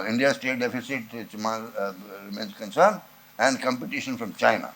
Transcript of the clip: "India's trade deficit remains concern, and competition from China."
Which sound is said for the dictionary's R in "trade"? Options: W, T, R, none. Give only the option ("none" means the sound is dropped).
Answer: none